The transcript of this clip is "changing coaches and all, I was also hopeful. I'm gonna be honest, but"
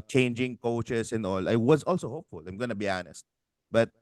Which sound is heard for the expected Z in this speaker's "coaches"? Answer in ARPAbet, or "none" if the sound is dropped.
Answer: S